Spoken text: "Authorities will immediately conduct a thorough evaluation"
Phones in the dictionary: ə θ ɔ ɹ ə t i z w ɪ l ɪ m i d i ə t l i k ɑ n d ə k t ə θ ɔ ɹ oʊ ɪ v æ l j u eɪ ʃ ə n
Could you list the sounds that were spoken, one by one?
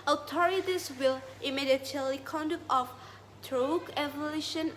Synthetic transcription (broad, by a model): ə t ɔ ɹ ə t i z w ɪ l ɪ m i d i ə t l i k ɑ n d ə k t ə f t ɹ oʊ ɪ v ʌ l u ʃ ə n